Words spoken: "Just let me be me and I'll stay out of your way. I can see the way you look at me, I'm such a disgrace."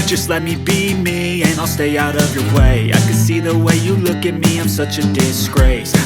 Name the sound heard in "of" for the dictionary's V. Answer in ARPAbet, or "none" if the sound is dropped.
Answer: V